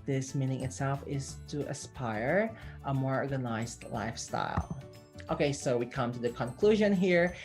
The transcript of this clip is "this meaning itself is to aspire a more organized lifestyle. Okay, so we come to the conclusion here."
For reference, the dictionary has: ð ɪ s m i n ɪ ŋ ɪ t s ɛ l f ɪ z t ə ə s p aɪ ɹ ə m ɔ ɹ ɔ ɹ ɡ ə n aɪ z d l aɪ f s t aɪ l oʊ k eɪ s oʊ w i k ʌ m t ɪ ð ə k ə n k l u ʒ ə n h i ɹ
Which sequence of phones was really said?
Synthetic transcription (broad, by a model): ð ɪ s m i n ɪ ŋ ɪ t s ɛ l f ɪ z t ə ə s p aɪ ɹ ə m ɔ ɹ ɔ ɹ ɡ ə n aɪ z d l aɪ f s t aɪ l oʊ k eɪ s oʊ w i k ʌ m t ɪ ð ə k ə n k l u ʒ ə n h i ɹ